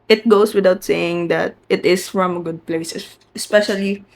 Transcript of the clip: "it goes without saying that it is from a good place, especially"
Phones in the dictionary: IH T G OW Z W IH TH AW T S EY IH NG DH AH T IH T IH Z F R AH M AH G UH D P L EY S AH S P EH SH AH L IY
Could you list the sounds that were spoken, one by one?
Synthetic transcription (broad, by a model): IH T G OW S W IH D AW T S EY IH NG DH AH T IH T IH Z F R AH M AH G UH D P L EY S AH S P EH SH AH L IY